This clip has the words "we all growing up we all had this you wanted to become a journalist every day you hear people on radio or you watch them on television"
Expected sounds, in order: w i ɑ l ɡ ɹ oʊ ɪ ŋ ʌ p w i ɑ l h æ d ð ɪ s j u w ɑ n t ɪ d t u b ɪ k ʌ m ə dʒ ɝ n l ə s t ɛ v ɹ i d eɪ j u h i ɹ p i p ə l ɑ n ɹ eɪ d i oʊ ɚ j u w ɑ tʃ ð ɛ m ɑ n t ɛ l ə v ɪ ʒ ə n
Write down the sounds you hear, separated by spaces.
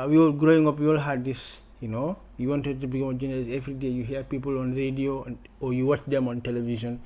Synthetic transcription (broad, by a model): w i ɑ l ɡ ɹ oʊ ɪ ŋ ʌ p w i ɑ l h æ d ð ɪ s j u w ɑ n t ɪ d t u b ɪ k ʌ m ə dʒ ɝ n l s ɛ v ɹ i d eɪ j u h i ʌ p i p ə l ɑ n ɹ eɪ d i oʊ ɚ j u w ɑ tʃ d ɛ m ɑ n t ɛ l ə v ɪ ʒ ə n